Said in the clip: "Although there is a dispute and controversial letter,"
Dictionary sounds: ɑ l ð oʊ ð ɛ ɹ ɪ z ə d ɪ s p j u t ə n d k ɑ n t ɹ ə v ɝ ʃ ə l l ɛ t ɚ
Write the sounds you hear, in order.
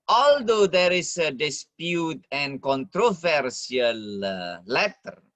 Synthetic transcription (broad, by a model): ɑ l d oʊ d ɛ ɹ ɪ s ə d ɪ s p j u t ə n k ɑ n t ɹ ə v ɝ s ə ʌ l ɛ t ɚ